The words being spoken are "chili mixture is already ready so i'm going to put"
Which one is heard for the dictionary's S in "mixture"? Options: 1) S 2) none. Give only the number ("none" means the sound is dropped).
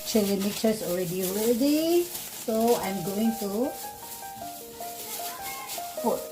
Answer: 2